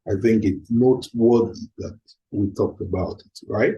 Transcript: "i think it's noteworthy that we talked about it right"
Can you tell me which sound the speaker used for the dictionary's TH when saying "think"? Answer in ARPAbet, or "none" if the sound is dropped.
TH